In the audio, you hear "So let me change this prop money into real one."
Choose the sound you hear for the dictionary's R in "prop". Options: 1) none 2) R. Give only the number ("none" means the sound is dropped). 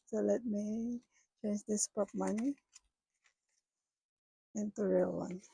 1